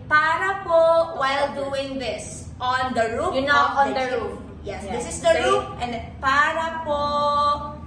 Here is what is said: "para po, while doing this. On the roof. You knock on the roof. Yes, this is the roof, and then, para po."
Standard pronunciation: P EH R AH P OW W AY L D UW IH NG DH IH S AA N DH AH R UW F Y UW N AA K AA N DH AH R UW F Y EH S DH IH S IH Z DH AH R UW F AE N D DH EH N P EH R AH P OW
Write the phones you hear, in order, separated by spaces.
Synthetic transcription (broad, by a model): P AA R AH P OW W AY L D UW IH NG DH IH S AA N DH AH R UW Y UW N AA AA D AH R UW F Y EH S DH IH S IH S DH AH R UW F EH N P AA R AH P OW